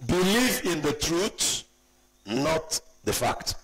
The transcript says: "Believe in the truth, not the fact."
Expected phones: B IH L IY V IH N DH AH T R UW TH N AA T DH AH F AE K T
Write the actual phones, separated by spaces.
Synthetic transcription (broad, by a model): B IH L IY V IH N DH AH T R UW S N AA T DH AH F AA K T